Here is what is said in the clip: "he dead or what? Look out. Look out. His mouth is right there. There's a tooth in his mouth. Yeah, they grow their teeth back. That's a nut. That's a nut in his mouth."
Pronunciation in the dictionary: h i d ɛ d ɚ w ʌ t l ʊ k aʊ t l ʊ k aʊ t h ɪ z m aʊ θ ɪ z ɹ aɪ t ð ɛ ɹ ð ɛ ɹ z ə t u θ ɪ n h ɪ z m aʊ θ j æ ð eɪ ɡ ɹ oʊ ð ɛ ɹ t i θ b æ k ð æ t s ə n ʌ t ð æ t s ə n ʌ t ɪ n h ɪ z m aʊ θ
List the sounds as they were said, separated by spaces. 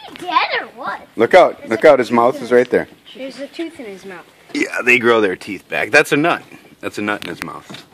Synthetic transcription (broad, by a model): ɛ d ɚ w ʌ t l ʊ k aʊ t l ʊ k aʊ t h ɪ z m aʊ θ ɪ z ɹ aɪ t ð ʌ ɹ ɹ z ə t u θ ɪ n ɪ z m aʊ θ j æ ð eɪ ɡ ɹ oʊ ð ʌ ɹ t i θ b æ k ð æ t s ə n ʌ t ð æ t s ə n ʌ t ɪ n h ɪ z m aʊ θ